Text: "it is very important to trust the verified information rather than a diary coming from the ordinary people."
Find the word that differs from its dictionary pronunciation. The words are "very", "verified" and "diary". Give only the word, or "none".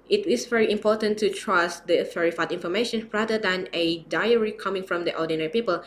verified